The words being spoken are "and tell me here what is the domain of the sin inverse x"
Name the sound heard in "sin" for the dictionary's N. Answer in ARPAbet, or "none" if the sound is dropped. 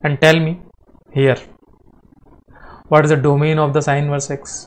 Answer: none